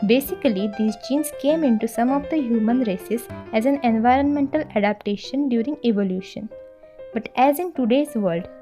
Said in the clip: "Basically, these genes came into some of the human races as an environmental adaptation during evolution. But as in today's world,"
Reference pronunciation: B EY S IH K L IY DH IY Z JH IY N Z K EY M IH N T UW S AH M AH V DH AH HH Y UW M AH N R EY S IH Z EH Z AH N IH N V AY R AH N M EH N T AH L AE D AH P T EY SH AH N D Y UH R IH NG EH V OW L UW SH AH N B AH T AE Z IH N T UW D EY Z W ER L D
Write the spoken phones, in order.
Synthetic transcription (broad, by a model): B EY S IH K L IY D IY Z JH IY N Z K EY M IH N T UW S AH M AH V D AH HH Y UW M AH N R EY S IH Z EH Z AH N IH N V AY R AH N M EH N T AH L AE D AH P T EY SH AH N D Y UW R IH NG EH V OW L UW SH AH N B AH T AE Z IH N T UW D EY Z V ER L D